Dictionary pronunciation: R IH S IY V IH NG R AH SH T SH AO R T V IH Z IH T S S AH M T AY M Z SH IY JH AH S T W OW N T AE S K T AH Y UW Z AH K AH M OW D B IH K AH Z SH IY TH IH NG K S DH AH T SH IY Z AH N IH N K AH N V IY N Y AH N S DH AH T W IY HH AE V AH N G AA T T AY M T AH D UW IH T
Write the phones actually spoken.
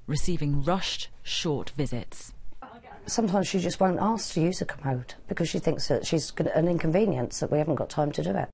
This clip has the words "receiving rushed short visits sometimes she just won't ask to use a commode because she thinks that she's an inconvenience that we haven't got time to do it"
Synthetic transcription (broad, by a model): R IH S IY V IH NG R AH SH T SH AO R T V IH Z IH T S S AH M T AY M Z SH IY JH AH S T W OW N T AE S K T AH Y UW Z AH K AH M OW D B IH K AH Z SH IY TH IH NG K S DH AH T SH IY Z AH N IH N K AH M V IY N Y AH N S DH AH T W IY HH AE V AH N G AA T T AY M T AH D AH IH T